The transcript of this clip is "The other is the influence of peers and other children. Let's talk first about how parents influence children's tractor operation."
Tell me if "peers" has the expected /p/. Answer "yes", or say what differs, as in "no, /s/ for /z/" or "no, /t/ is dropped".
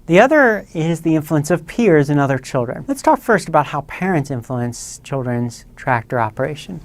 yes